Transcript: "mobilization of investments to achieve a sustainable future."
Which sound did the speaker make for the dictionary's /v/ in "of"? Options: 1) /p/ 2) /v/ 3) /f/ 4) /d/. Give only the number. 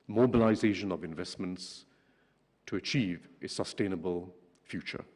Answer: 2